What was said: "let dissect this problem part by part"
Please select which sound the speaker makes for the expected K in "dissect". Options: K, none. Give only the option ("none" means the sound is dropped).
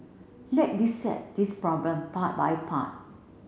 none